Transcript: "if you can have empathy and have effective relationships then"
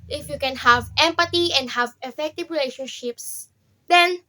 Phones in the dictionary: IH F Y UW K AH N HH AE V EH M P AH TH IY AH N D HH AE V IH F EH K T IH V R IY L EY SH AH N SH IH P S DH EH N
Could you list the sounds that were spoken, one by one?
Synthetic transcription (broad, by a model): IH F Y UW K AH N HH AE V EH M P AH T IY AH N D HH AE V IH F EH K T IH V R IY L EY SH AH N SH IH P S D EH N